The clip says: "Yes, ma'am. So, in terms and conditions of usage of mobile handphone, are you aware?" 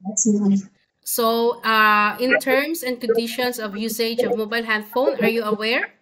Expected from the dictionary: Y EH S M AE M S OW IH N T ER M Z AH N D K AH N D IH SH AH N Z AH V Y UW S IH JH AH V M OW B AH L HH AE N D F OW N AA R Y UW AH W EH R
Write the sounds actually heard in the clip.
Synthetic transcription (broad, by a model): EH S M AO S OW IH N T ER M S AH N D K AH N D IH SH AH N S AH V Y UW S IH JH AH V M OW B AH L HH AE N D F OW N AA R Y UW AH W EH R